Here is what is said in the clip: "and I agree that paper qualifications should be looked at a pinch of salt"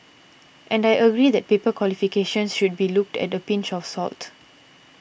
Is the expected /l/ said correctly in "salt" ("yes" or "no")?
yes